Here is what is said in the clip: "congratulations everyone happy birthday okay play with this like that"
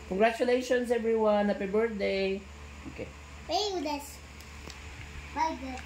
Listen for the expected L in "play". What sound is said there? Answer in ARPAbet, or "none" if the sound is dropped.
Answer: none